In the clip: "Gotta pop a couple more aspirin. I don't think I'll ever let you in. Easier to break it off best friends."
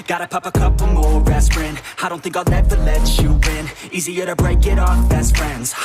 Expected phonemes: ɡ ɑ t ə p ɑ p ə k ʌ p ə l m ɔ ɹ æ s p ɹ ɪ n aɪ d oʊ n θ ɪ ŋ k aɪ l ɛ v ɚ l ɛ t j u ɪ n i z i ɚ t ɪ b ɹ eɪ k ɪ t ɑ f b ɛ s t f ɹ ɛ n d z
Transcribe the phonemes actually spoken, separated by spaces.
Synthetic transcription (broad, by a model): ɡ ɑ t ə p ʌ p ə k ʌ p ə m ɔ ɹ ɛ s f ɹ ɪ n aɪ d oʊ n θ ɪ ŋ k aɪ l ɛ f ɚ l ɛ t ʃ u ɪ n i z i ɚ t ɪ b ɹ eɪ k ɪ t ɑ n b ɛ s t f ɹ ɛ n d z